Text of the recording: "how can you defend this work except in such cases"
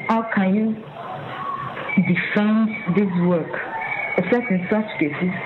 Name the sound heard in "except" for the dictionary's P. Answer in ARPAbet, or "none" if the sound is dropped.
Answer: none